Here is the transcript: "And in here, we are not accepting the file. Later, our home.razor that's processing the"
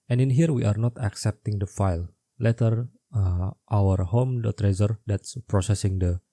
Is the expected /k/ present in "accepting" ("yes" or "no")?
yes